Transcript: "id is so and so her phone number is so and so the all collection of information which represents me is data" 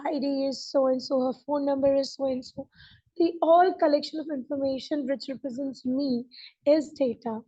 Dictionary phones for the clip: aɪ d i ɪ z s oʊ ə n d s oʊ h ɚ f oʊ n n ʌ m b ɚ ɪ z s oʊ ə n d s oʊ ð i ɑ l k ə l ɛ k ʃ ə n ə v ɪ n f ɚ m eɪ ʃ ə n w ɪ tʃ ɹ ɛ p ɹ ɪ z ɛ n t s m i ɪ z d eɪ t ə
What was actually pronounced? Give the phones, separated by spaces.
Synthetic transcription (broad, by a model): aɪ d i ɪ z s oʊ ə n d s oʊ h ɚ f oʊ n n ʌ m b ɚ ɪ z s oʊ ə n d s oʊ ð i ɑ l k ə l ɛ k ʃ ə n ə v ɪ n f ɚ m eɪ ʃ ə n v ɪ tʃ ɹ ɛ p ɹ ɪ z ɛ n t s m i ɪ z d eɪ t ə